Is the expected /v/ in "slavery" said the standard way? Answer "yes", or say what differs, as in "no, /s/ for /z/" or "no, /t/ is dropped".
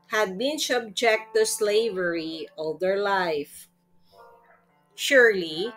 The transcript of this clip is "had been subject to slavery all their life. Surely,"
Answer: yes